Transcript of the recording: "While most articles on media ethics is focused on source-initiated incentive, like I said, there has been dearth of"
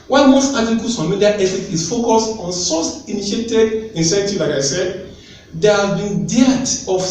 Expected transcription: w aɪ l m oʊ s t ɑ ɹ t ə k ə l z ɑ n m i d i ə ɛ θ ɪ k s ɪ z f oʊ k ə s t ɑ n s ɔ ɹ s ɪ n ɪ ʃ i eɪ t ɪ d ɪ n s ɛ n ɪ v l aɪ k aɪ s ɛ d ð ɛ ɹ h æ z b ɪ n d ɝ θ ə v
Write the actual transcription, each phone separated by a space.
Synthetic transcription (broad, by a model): w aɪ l m oʊ s t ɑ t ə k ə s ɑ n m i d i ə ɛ f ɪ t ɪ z f oʊ k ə s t ɑ n s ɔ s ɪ n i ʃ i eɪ t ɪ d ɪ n s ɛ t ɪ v l aɪ k aɪ s ɛ d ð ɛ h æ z b ɪ n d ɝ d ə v